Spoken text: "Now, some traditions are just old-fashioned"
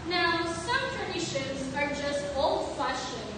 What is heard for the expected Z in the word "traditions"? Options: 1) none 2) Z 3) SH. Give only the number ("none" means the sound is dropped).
2